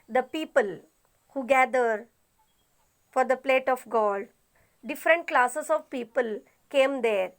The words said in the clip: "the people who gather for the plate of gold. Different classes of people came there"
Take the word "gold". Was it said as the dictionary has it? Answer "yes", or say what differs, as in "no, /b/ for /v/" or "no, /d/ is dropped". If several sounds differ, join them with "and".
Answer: no, /l/ is dropped